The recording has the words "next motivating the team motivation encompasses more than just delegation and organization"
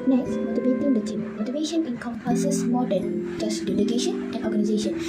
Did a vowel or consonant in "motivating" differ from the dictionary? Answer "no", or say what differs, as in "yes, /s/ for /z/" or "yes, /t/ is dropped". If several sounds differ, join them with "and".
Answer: yes, /b/ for /v/